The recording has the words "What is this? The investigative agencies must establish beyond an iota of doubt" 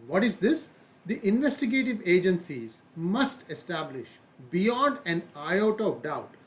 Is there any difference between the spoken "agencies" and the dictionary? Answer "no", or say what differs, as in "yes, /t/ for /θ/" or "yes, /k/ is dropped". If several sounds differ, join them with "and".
no